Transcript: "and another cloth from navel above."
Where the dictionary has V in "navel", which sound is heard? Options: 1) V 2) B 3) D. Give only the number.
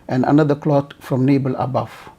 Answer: 2